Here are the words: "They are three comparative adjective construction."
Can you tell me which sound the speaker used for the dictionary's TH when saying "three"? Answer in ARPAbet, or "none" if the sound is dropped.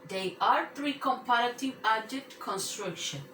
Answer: T